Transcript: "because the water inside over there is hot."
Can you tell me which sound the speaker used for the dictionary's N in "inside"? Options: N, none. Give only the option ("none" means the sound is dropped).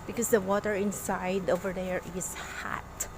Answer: N